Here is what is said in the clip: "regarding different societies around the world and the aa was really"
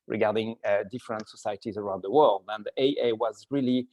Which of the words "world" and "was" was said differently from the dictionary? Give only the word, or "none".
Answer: none